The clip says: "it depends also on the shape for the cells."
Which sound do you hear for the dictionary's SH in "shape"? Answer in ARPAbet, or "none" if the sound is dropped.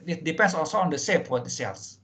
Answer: S